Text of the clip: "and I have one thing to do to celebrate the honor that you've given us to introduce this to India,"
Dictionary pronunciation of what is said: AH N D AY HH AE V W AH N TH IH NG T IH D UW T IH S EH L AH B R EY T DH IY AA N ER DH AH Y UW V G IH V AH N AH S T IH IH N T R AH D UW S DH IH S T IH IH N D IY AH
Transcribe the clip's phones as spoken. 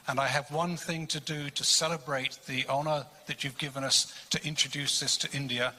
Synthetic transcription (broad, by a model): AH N AY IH V W AH N TH IH NG T IH D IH T IH S EH L AH B R EY T DH IY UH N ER DH AH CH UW V G IH V AH N AH S T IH IH N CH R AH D UW S DH IH S T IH IH N D IY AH